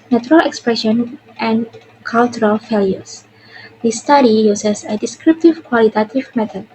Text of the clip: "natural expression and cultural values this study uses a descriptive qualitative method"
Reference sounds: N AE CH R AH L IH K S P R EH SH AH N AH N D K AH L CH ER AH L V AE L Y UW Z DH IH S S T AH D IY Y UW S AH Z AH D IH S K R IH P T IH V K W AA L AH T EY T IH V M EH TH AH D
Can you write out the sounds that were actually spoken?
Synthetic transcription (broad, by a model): N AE CH R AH L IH K S P R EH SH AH N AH N K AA L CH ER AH L F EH L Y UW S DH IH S S T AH D IY Y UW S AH S AH D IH S K R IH P T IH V K W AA L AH T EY T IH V M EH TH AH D